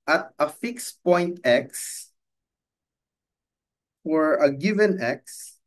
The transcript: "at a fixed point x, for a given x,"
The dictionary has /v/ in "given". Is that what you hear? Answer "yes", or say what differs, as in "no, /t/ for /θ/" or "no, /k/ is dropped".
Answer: yes